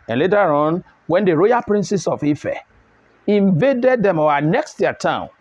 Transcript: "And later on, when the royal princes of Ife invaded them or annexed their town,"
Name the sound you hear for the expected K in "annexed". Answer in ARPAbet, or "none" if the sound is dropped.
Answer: K